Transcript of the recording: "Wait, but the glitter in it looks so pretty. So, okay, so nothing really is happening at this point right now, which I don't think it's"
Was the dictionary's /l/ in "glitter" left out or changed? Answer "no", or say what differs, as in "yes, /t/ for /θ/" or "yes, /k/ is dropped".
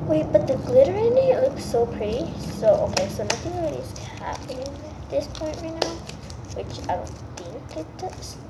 no